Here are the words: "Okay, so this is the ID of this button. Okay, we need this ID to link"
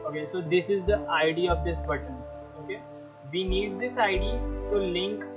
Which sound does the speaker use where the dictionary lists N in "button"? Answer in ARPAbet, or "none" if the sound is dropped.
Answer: N